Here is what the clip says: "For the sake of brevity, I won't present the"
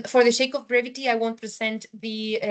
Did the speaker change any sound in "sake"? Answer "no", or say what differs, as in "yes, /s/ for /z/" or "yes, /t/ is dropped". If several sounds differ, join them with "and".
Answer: yes, /ʃ/ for /s/